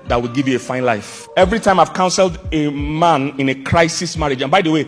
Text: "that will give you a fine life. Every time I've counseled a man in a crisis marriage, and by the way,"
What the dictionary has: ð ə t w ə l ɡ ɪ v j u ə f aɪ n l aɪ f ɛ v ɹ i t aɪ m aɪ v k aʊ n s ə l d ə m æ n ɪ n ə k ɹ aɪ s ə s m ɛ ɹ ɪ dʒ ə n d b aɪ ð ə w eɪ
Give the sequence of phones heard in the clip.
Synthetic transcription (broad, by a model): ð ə t w ə l ɡ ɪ v j u ə f aɪ n l aɪ f ɛ v ɹ i t aɪ m aɪ v k aʊ n s ə l d ə m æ n ɪ n ə k ɹ aɪ s ə s m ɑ ɹ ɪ dʒ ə n b aɪ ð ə w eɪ